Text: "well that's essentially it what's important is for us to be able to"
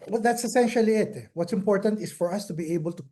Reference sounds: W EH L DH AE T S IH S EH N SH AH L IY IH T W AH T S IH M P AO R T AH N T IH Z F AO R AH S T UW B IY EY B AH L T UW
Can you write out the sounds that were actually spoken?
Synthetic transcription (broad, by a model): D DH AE T S IH S EH N SH AH L IY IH T W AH T S IH M P AO R T AH N T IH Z F AO R AH S T UW B IY EY B AH L T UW